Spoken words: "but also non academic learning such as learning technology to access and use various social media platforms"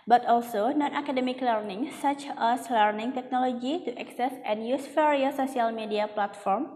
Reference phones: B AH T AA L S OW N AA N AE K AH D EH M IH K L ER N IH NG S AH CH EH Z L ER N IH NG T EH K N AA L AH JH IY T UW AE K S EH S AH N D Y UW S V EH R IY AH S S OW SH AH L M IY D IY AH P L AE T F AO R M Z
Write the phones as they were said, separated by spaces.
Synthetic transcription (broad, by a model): B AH T AA L S OW N AA N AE K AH D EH M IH K L ER N IH NG S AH CH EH S L ER N IH NG T EH K N AA L AH JH IY T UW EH K S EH S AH N Y UW S F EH R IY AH S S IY AH L M IY D IY AH P L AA T F AO R M